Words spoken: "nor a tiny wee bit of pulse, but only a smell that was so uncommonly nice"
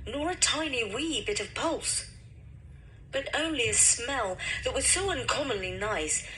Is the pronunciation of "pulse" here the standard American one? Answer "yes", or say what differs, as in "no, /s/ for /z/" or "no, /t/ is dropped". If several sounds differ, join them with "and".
yes